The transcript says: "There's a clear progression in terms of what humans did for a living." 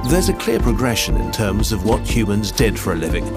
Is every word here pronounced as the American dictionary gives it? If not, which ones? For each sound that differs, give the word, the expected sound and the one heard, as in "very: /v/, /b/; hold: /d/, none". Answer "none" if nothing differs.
none